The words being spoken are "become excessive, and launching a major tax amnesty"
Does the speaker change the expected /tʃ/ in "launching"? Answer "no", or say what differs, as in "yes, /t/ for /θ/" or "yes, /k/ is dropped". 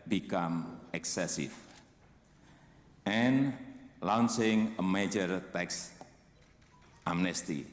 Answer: yes, /s/ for /tʃ/